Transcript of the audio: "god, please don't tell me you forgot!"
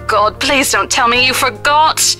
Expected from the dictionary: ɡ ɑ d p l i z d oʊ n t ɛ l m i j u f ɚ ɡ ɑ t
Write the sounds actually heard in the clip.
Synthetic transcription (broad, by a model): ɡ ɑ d p l i z d oʊ n t ɛ l m i j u f ɚ ɡ ɑ t